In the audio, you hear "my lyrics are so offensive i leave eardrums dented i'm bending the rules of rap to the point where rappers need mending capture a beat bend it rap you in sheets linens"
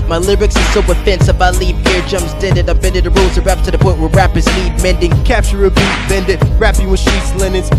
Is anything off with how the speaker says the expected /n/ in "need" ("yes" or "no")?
yes